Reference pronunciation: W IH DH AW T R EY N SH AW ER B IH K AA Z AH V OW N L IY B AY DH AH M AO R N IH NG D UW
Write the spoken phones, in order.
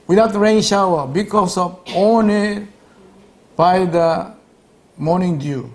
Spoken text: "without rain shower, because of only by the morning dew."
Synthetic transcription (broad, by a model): W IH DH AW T R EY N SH AW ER B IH K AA S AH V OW N IY B AY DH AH M AO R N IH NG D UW